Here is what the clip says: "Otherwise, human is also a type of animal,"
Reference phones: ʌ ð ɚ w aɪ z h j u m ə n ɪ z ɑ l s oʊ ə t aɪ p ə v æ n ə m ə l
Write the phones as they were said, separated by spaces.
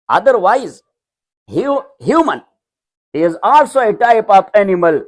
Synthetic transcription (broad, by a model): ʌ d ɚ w aɪ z h j u m ə n ɪ z ɑ l s oʊ ə t aɪ p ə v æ n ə m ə l